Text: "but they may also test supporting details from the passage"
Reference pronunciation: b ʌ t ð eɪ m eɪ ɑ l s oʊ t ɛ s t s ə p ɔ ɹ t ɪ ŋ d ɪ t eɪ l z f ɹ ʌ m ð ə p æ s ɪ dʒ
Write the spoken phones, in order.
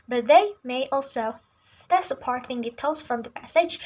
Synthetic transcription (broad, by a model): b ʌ t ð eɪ m eɪ ɑ l s oʊ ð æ t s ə p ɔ ɹ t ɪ ŋ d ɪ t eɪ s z f ɹ ʌ m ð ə p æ s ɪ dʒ